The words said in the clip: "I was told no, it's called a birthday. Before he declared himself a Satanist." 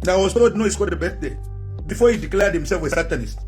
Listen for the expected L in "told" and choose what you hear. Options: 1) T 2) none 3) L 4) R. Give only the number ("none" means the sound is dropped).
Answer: 2